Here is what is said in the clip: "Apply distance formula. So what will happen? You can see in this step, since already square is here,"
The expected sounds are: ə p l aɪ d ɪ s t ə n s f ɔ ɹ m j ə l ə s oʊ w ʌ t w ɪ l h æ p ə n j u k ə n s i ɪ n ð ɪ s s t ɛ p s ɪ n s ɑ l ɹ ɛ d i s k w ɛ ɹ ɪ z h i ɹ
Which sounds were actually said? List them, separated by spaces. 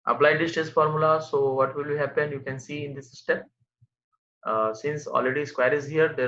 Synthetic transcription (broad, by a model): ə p l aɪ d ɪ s t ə s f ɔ ɹ m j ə l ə s oʊ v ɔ t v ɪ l h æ p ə n j u k ə n s i ɪ n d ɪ s s t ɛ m s ɪ n s ɑ l ɹ ɛ d i s k w ɛ ɹ ɪ z h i ɹ